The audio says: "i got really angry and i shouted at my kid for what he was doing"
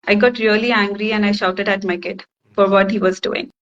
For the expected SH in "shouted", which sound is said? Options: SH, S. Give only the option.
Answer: SH